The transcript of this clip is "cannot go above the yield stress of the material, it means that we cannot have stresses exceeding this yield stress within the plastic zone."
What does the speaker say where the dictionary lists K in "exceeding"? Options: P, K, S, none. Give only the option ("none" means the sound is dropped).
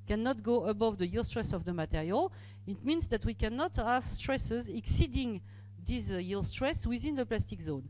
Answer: K